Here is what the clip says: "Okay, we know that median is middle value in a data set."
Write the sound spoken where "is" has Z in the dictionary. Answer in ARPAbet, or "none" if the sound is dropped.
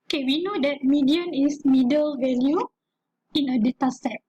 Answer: S